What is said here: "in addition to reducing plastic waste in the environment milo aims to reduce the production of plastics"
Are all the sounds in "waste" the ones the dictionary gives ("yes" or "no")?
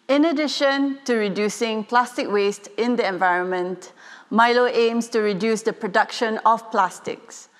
yes